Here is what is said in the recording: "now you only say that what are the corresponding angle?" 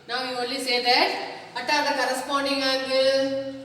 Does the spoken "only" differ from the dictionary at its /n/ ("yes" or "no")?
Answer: yes